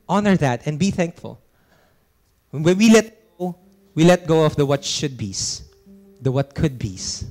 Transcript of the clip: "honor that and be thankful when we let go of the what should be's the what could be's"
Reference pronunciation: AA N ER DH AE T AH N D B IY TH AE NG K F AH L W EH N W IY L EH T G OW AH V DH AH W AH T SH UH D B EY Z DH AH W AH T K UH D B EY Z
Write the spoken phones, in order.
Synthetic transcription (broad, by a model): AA N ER DH AE T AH N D B IY TH AE NG K F AH L W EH N W IY L EH T G OW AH F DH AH W AH T SH UH D B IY S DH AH W AH T K UH D B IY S